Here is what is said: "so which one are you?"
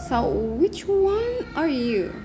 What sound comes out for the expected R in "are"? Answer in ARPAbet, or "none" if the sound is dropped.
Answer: R